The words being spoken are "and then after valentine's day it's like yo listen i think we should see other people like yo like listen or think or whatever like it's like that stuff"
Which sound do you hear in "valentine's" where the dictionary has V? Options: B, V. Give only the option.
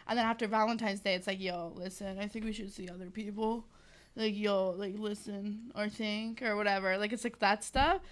V